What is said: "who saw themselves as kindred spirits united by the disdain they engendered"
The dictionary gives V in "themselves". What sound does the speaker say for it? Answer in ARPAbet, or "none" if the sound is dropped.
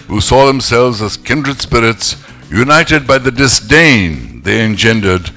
V